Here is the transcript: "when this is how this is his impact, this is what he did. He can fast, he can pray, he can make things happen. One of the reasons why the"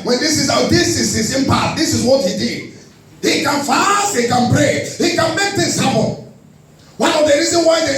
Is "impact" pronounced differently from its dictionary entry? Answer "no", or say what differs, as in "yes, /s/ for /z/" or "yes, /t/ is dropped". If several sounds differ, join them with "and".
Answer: yes, /k/ is dropped